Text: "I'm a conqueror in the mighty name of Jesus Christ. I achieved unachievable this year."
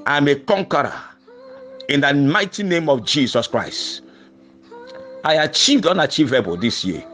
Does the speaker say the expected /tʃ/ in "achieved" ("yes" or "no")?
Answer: yes